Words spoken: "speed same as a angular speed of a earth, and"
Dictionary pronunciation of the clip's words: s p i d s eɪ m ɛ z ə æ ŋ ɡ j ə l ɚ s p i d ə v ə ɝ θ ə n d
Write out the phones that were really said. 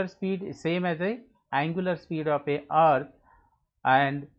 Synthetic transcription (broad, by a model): s p i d s eɪ m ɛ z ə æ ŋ ɡ j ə l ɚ s p i d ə p ə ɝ t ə n d